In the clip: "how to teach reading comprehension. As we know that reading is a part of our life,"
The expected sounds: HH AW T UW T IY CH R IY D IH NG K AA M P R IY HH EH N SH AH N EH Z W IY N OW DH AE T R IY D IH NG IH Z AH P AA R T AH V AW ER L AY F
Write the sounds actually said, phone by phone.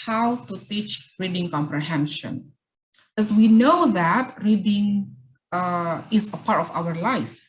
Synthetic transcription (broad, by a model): HH AW T UW T IY CH R IY D IH NG K AA M P R IY HH EH N SH AH N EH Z W IY N OW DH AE T R IY D IH NG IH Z AH P AA R T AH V AW ER L AY F